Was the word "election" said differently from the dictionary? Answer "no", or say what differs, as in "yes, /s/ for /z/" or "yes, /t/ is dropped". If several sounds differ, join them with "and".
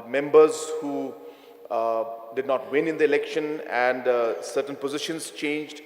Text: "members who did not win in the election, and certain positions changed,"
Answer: no